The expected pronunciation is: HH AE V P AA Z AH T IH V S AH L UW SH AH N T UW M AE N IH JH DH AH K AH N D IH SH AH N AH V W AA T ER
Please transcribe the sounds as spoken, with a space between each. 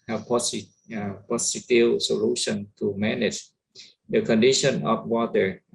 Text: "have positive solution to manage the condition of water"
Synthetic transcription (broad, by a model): HH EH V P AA S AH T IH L S AH L UW SH AH N T UW M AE N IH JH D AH K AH N D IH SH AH N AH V W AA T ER